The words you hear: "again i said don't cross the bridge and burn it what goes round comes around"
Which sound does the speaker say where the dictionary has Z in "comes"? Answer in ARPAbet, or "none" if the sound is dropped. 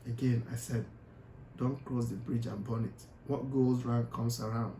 S